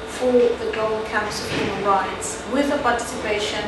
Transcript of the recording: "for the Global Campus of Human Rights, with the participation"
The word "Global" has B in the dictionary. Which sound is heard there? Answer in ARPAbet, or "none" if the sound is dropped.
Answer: none